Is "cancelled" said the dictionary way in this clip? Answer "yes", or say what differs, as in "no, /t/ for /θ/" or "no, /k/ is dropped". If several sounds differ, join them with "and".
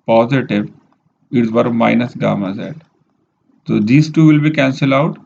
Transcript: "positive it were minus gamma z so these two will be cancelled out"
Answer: no, /d/ is dropped